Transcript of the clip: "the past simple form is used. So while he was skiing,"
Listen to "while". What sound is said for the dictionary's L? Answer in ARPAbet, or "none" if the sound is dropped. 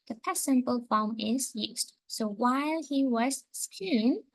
L